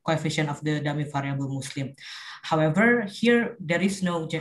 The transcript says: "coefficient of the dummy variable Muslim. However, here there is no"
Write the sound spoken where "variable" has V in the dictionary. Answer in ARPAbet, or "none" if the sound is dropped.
F